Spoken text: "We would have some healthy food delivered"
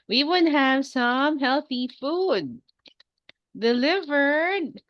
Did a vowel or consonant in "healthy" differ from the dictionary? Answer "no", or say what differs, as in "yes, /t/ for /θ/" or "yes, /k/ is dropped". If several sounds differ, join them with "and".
no